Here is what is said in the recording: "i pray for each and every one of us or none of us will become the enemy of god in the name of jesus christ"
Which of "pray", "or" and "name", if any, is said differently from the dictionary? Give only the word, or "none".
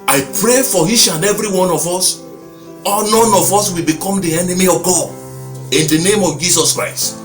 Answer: or